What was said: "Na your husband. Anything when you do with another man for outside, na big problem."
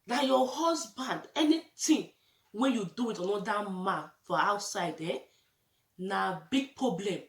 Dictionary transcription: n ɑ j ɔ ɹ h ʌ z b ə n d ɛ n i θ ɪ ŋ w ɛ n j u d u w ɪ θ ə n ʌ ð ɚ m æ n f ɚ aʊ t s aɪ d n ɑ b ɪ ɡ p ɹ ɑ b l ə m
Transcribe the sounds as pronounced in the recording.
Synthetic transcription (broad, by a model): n ɑ j ɔ h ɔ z b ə n d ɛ n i t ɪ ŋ w ɛ n j u d u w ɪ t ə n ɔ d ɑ m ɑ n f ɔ aʊ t s aɪ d n ɑ b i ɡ p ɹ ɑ b l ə m